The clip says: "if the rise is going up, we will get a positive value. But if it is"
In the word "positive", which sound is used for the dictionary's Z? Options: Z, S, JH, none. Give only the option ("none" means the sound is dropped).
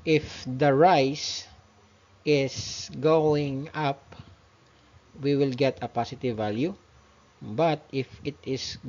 S